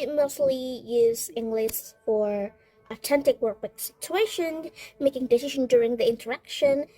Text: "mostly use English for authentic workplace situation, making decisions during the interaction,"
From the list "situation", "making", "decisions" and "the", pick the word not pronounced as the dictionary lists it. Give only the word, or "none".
decisions